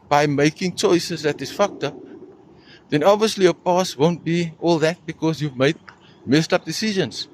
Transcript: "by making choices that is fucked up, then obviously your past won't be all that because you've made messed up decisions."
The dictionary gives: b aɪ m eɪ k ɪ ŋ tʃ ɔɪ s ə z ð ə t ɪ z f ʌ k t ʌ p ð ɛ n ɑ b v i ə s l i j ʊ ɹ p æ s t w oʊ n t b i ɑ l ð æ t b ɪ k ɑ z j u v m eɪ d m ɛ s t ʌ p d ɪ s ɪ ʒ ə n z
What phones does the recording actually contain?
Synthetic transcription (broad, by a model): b aɪ m eɪ k ɪ ŋ tʃ ɔɪ s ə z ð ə t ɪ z f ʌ k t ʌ p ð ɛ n ɑ b v i ə s l i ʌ p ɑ s w oʊ n t b i ɑ l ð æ t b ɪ k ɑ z j u v m eɪ d m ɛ s t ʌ p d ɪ s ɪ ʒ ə n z